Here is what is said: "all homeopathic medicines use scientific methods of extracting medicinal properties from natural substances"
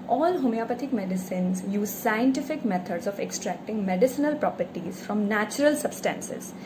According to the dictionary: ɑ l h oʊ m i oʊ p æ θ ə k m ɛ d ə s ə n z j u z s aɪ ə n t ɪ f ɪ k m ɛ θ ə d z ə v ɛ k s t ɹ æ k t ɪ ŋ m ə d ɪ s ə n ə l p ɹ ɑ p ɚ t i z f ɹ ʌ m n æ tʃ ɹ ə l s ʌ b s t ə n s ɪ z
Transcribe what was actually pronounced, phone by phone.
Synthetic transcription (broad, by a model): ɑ l h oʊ m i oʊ p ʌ t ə k m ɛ d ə s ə n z j u z s aɪ ə n t ɪ f ɪ k m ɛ t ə d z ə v ɛ k s t ɹ æ k t ɪ ŋ m ə d ɪ s ə n ə l p ɹ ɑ p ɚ t i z f ɹ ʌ m n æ tʃ ɹ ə l s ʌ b s t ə n s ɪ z